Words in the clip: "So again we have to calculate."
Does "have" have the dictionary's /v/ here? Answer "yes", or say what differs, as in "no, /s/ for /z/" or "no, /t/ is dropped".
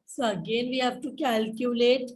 no, /p/ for /v/